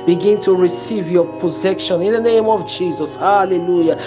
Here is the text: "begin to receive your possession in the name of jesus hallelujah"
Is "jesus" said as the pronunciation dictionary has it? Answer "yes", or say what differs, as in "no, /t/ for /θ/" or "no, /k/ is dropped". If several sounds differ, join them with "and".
yes